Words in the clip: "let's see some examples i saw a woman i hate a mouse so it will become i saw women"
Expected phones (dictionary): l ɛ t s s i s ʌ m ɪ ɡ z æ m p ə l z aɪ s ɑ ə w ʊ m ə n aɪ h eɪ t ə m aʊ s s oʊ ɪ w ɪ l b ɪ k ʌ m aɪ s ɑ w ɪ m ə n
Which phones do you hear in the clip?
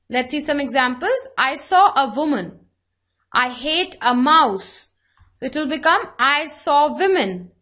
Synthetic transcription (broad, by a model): l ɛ t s s i s ʌ m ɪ ɡ z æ m p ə l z aɪ s ɑ ə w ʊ m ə n aɪ h eɪ t ə m aʊ s s oʊ ɪ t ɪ l b ɪ k ʌ m aɪ s ɑ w ɪ m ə n